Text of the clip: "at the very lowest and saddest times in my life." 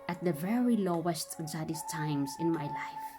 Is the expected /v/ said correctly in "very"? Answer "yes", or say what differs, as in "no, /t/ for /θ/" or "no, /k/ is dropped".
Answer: yes